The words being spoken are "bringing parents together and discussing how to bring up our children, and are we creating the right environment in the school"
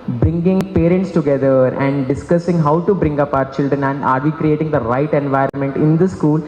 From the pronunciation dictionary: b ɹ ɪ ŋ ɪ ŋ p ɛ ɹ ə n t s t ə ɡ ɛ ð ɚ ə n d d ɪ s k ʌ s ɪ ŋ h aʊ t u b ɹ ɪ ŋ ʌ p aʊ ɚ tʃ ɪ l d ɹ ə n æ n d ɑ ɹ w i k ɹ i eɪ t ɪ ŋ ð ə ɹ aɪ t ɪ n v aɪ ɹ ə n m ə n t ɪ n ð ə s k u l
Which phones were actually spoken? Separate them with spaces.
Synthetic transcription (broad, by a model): b ɹ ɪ ŋ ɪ ŋ p ɛ ɹ ə n t s t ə ɡ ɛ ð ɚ ə n d d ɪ s k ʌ s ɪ ŋ h aʊ t u b ɹ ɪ ŋ ʌ p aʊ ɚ tʃ ɪ l d ɹ ə n æ n d ɑ ɹ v i k ɹ i eɪ t ɪ ŋ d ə ɹ aɪ t ɪ n v aɪ ɹ ə n m ə n t ɪ n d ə s k u l